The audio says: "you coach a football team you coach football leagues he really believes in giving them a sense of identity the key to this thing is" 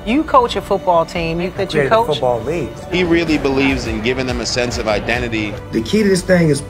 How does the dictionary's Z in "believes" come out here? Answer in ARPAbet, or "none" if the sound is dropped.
Z